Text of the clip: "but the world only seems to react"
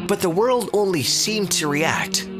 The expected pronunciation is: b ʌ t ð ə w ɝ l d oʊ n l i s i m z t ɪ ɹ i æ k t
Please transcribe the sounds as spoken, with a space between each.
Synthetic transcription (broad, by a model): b ʌ t ð ə w ɝ l d oʊ n l i s i m t ɪ ɹ i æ k t